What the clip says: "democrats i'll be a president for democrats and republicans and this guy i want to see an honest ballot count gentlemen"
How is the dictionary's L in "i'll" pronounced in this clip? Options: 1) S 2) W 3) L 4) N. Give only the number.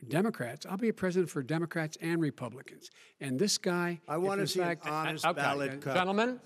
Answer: 3